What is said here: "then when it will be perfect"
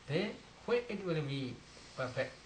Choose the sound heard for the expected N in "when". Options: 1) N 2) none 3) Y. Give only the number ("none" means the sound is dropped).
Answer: 2